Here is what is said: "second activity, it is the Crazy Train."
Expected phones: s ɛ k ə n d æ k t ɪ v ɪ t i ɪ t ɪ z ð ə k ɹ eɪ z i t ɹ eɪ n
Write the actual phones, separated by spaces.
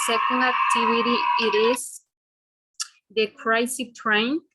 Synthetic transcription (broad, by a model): s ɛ k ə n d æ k t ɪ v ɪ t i ɪ t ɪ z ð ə k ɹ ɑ s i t ɹ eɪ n